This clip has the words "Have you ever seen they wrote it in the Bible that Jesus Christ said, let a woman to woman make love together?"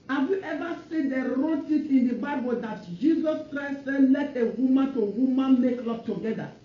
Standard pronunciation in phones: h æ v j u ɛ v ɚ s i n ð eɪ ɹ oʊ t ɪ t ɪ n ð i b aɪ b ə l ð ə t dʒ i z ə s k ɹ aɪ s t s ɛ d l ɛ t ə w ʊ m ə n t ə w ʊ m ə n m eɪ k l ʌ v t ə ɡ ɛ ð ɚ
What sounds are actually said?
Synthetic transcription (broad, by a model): h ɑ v j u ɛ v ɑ s i n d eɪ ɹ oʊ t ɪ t ɪ n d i b aɪ b ə l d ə t dʒ i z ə s k ɹ aɪ s t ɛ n l ɛ t ə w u m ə n t ə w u m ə n m eɪ k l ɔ p t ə ɡ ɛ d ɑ